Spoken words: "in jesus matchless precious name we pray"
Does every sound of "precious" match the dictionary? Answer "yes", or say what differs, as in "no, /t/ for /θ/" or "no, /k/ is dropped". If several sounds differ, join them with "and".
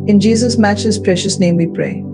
yes